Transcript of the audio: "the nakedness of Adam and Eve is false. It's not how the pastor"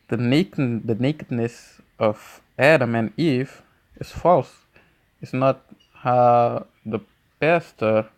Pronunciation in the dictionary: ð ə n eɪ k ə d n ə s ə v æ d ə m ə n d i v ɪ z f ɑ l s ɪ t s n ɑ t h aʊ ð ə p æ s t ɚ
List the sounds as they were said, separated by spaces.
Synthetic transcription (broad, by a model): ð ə n eɪ k ə d n ə s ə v æ d ə m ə n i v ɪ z f ɑ l s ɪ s n ɑ t h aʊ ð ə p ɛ s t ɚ